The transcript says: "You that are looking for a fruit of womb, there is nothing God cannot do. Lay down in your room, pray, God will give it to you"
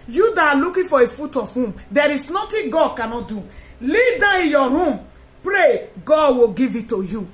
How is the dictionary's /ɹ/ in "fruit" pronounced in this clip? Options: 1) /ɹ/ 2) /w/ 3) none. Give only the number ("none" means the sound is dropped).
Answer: 3